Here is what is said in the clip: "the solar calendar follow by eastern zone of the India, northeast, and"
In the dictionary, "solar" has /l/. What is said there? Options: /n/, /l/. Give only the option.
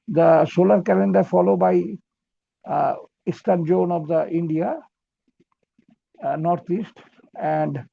/l/